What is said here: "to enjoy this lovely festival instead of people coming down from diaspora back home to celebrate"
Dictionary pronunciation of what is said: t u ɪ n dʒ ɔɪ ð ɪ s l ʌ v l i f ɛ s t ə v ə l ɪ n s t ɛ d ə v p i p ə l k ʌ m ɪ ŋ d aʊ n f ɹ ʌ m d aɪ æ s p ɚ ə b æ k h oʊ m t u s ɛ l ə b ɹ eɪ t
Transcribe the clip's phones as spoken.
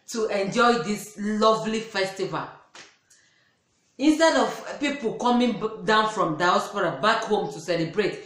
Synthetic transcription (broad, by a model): t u ɪ n dʒ ɔɪ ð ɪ s l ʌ v l i f ɛ s t ə v ə l ɪ n s t ɛ d ə v p i p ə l k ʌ m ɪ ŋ d aʊ n f ɹ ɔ m d aɪ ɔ s p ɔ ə b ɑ k h oʊ m t u s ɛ l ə b ɹ eɪ t